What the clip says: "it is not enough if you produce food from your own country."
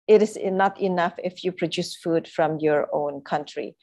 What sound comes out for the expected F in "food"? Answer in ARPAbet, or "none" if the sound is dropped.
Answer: F